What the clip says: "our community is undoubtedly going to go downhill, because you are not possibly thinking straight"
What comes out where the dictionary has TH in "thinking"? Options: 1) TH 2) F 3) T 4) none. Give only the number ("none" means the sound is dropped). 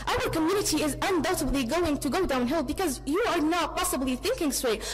1